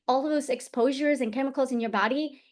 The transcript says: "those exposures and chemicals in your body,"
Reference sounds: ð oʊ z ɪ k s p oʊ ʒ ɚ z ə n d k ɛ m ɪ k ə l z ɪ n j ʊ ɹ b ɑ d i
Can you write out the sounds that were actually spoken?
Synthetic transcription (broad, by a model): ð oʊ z ɪ k s p oʊ ʒ ɚ z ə n k ɛ m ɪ k l z ɪ n j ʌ ɹ b ɑ d i